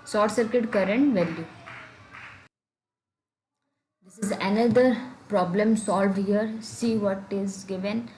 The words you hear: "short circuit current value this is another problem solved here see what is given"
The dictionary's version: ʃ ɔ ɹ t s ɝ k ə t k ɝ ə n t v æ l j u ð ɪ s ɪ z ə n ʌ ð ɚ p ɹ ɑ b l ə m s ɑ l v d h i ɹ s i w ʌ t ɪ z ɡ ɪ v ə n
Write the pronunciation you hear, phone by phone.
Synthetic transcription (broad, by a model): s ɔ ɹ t s ɝ k ə t k ɝ ə n t v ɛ l j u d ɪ s ɪ z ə n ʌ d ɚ p ɹ ɑ b l ə m s ɑ l v d h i ɹ s i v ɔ t ɪ z ɡ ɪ v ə n